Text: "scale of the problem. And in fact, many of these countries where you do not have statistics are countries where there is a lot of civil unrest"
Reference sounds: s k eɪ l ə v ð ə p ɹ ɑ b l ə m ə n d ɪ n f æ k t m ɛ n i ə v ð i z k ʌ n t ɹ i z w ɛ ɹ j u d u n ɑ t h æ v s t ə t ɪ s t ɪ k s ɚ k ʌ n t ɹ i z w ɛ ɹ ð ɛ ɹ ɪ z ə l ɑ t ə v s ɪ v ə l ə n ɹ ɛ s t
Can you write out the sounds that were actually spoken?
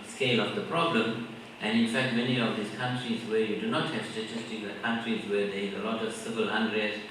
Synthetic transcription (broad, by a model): s k eɪ l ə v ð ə p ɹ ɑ b l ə m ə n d ɪ n f æ k t m ɛ n i ə v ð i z k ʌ n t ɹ i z w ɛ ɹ j u d u n ɑ t h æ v s t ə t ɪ s t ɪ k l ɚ k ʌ n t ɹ i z w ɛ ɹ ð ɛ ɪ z ə l ɑ t ə v s ɪ v ə l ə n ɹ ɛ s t